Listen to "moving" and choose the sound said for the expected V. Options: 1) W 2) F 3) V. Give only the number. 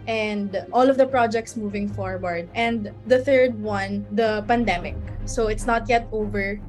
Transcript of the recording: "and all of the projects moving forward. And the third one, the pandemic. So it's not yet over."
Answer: 3